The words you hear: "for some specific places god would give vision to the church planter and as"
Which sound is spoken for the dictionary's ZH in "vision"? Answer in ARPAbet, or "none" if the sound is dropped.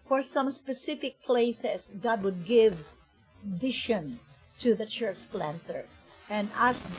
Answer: SH